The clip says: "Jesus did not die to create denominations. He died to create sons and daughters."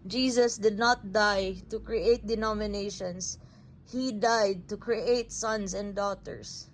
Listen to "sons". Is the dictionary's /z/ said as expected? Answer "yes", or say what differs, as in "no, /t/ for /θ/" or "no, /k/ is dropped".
no, /s/ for /z/